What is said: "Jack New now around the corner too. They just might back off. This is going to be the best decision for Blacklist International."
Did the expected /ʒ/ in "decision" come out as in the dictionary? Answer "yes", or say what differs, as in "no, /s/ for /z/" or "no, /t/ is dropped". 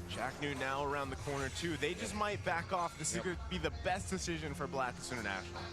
yes